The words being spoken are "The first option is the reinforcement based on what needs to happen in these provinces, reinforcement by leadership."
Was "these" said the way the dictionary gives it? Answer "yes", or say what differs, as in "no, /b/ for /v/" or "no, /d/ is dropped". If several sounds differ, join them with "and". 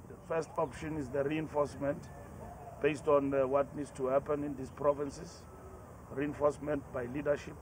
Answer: no, /s/ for /z/